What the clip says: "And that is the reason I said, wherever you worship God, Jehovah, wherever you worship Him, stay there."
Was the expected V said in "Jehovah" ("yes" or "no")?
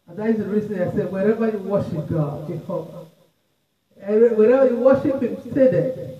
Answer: no